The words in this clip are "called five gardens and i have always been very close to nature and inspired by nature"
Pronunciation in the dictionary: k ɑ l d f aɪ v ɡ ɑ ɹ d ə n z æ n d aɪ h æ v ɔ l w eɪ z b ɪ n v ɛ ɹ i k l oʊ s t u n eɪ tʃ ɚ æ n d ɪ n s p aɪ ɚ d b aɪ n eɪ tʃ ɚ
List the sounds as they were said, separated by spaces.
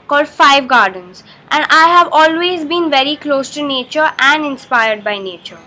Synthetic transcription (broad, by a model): k ɑ l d f aɪ v ɡ ɑ ɹ d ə n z æ n d aɪ h æ v ɔ l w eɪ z b ɪ n v ɛ ɹ i k l oʊ s t u n eɪ tʃ ɚ æ n d ɪ n s p aɪ ɚ d b aɪ n eɪ tʃ ɚ